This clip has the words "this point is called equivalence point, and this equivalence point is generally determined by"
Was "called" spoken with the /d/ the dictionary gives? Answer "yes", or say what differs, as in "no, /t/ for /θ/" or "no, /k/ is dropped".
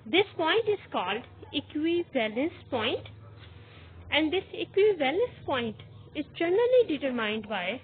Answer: yes